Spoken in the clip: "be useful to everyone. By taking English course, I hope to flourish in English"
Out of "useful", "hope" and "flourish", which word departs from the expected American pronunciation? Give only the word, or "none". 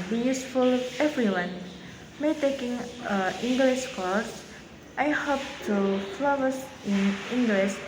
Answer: flourish